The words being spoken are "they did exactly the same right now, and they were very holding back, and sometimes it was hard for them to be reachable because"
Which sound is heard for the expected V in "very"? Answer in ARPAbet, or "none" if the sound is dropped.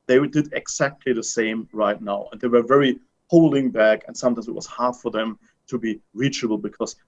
V